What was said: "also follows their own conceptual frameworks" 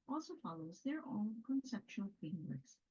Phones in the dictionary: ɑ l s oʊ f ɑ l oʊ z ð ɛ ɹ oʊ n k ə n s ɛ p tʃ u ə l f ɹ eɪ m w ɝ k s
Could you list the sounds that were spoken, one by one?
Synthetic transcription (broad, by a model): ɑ l s oʊ f ɑ l oʊ z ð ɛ ɹ oʊ n k ə n s ɛ p tʃ u ə l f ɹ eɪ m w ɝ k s